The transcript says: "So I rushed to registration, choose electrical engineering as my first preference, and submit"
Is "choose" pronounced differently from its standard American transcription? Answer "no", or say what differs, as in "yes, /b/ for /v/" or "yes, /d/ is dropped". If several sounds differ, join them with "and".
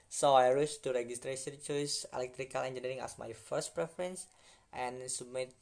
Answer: yes, /s/ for /z/